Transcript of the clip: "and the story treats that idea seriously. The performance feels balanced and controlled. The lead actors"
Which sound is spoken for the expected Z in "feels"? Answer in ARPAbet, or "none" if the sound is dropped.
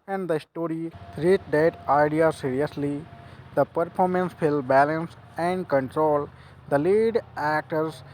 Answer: none